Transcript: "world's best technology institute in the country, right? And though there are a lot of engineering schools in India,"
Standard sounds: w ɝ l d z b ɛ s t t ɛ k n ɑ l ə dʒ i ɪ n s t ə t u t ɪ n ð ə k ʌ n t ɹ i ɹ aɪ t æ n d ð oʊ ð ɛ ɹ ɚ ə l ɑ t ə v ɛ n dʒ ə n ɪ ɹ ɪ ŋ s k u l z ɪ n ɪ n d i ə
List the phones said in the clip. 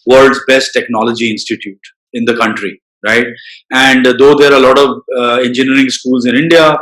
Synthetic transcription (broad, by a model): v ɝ l d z b ɛ s t t ɛ k n ɑ l ə dʒ i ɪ n s t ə t u t ɪ n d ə k ʌ n t ɹ i ɹ aɪ t æ n d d oʊ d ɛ ɹ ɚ ə l ɑ t ə v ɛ n dʒ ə n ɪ ɹ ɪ ŋ s k u l z ɪ n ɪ n d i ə